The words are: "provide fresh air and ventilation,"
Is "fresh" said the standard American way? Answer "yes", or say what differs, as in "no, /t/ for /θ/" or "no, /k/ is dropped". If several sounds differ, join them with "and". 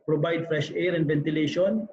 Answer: yes